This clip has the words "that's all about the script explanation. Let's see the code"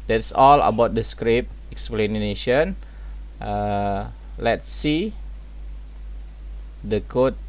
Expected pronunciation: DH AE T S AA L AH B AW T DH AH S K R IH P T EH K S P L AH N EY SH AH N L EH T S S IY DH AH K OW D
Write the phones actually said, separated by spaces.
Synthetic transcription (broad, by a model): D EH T S AA L AH B AW T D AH S K R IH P EH K S P L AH N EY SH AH N L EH T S S IY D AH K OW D